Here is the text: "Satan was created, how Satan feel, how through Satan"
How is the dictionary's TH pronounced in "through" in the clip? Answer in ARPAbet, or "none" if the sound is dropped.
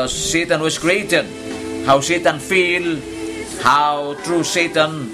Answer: T